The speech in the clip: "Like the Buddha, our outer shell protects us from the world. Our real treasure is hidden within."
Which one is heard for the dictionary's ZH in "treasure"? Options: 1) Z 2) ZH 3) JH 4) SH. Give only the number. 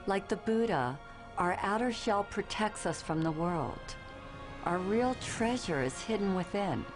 2